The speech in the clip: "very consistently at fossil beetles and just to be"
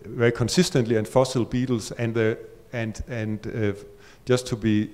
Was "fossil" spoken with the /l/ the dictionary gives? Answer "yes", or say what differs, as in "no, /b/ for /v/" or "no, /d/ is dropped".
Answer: yes